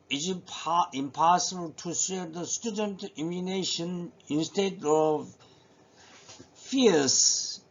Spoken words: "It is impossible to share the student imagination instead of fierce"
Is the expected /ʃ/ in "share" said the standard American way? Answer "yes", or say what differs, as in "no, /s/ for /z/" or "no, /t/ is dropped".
no, /s/ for /ʃ/